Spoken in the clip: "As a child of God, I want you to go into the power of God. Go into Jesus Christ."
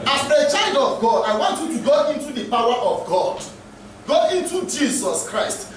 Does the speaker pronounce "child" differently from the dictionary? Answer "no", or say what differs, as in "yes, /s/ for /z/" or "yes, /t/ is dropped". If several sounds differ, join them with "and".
no